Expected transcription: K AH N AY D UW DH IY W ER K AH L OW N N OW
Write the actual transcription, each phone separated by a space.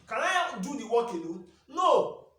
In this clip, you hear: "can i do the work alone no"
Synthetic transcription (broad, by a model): K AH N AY D UW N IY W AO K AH N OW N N OW